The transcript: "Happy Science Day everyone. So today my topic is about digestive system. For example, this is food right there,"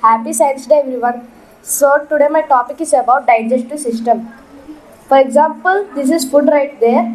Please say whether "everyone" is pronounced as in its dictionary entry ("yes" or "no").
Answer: no